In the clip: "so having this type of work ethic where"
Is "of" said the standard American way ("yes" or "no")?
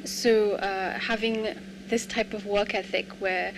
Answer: yes